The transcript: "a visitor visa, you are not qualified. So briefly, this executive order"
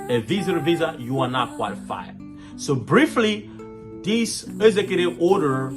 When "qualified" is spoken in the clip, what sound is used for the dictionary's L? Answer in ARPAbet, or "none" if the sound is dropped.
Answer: L